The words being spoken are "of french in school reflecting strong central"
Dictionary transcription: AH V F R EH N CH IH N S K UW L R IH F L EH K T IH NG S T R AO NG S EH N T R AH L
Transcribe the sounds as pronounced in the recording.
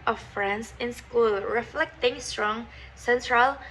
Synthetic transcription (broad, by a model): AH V F R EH N S IH N S K UW L R IH F L EH K T IH NG S T R AO NG S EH N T R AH L